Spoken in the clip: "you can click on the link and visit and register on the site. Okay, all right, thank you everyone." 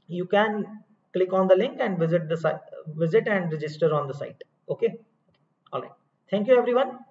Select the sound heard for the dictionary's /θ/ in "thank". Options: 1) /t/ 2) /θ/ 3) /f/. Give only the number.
1